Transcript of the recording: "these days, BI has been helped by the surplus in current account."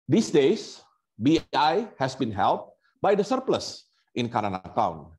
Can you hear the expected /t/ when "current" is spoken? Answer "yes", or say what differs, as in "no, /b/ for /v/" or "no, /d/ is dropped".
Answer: no, /t/ is dropped